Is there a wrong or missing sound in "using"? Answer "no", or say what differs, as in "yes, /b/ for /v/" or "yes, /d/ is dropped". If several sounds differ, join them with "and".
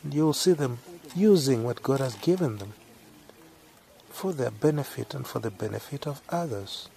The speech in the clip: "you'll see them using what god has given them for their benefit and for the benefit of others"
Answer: no